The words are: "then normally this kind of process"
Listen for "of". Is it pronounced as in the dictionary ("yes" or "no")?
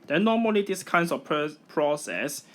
no